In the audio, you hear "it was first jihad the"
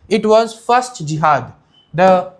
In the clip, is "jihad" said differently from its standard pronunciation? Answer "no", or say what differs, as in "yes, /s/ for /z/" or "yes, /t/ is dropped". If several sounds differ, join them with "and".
no